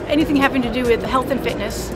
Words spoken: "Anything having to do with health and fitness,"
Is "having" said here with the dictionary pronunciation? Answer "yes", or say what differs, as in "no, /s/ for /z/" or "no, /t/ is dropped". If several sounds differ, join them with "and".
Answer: no, /p/ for /v/